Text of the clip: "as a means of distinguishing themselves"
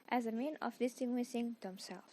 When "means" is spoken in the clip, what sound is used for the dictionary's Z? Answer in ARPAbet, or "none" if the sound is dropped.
none